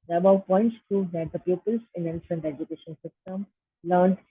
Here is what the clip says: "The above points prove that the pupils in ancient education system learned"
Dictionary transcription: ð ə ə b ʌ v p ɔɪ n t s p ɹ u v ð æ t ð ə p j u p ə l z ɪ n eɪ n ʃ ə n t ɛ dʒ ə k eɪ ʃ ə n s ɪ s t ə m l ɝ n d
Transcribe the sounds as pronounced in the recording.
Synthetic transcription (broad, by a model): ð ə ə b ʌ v p ɔɪ n t s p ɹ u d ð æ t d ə p j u p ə l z ɪ n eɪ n s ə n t ɛ dʒ ə k eɪ ʃ ə n s ɪ s t ə m l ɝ n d